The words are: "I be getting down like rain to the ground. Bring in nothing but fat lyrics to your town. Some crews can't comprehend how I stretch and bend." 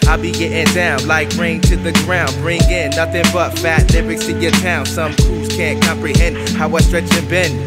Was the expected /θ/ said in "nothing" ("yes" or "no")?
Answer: yes